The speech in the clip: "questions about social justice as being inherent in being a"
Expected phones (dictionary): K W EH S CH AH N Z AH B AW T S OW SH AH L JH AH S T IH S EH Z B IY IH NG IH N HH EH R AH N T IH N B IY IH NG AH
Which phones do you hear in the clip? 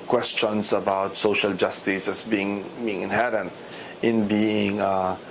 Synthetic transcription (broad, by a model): K W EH S CH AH N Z AH B AW T S OW SH AH L JH AH S T IH S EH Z B IY IH NG IH N HH EH R AH N T IH N B IY IH NG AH